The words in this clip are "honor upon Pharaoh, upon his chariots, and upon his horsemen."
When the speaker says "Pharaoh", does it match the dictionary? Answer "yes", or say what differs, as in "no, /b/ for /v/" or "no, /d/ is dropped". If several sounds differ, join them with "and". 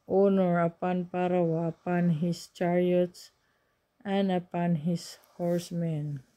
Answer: no, /p/ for /f/